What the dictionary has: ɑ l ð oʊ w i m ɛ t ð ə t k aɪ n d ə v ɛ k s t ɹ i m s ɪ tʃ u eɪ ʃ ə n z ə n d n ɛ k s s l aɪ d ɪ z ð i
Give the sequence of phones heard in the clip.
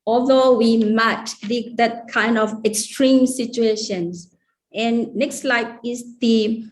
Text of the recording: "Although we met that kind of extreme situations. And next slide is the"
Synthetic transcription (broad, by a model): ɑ l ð oʊ w i m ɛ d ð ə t k aɪ n d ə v ɛ k s t ɹ i m s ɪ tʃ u eɪ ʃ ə n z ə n n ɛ k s s l aɪ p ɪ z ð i